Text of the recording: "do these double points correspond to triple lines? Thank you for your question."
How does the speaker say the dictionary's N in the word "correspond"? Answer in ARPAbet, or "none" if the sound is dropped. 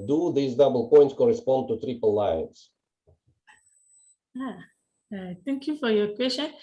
N